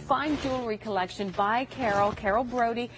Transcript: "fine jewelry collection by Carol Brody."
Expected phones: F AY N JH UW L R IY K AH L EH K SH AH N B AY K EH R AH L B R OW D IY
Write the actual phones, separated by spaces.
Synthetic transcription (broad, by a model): F AY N JH UW L R IY K AH L EH K SH AH N B AY K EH R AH L B R OW D IY